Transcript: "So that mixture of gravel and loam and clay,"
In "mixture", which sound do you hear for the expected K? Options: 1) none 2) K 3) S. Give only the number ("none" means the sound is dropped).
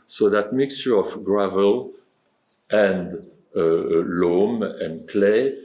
2